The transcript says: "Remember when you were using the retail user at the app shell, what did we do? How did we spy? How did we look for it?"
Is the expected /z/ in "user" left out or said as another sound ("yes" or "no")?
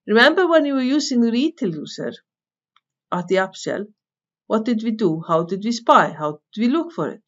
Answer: yes